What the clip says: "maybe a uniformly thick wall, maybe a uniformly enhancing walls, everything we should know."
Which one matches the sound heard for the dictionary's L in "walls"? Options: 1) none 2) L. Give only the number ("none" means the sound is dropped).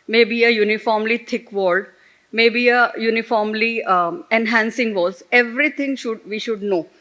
1